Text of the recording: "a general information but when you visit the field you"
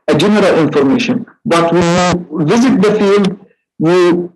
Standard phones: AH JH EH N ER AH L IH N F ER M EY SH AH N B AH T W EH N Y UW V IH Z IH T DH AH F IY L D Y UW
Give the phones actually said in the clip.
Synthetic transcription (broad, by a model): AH JH EH N ER AH L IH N F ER M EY SH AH N B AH T W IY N Y UW V IH Z IH T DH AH F IY L D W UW